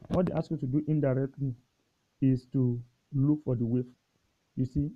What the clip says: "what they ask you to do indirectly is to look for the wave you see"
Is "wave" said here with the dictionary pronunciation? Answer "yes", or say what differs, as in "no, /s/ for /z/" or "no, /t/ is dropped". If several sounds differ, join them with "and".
no, /f/ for /v/